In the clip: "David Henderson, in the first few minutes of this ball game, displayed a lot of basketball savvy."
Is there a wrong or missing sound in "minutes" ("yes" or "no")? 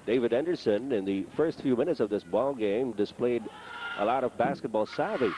no